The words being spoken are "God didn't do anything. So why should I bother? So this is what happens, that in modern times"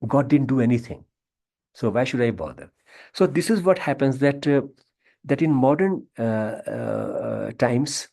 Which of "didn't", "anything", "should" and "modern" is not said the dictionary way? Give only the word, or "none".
anything